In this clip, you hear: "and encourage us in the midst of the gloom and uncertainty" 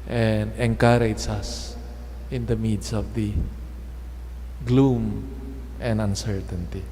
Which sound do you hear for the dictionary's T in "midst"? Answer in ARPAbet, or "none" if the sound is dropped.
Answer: none